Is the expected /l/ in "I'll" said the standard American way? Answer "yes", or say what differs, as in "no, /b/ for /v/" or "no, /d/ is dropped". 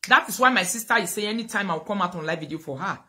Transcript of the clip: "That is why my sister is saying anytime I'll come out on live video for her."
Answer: no, /w/ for /l/